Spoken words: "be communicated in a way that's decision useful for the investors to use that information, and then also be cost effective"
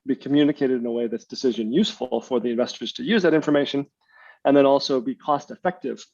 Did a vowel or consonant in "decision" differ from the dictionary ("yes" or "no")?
no